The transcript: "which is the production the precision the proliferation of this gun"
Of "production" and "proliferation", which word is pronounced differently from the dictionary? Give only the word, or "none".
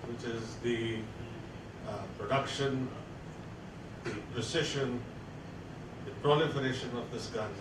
none